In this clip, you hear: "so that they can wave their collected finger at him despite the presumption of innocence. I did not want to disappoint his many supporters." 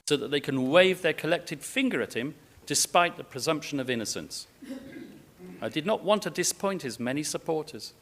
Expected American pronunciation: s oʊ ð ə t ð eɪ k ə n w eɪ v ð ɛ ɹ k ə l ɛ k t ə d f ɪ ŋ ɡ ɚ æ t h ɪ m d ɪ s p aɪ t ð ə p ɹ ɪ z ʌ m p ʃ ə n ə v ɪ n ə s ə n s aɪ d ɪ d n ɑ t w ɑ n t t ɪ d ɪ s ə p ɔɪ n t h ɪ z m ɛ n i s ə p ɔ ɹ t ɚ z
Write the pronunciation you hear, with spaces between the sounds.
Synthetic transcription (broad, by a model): s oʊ ð ə t ð eɪ k ə n w eɪ v ð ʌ ɹ k ə l ɛ k t ə d f ɪ ŋ ɡ ɚ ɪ t h ɪ m d ɪ s p aɪ t ð ə p ɹ ɪ z ʌ m p ʃ ə n ə v ɪ n ə s ə n s aɪ d ɪ d n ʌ t w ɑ n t t ɪ d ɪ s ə p ɔɪ n t h ɪ z m ɛ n i s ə p ɔ ɹ t ɚ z